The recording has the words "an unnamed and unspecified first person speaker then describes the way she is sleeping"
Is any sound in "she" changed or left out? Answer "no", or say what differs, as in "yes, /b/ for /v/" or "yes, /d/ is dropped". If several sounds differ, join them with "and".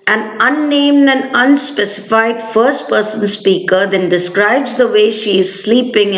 no